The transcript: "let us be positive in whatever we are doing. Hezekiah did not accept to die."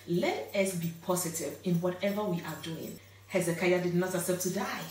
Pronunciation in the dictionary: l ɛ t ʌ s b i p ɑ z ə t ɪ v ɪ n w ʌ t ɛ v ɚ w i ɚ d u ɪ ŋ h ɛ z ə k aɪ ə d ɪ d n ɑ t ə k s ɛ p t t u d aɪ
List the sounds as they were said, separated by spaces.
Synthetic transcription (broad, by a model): l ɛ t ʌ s b i p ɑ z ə t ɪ v ɪ n w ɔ t ɛ v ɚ w i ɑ d u ɪ ŋ h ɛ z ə k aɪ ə d ɪ d n ɑ t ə s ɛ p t t u d aɪ